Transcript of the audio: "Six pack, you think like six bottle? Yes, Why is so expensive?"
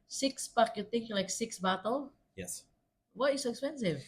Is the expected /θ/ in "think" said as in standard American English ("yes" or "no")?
no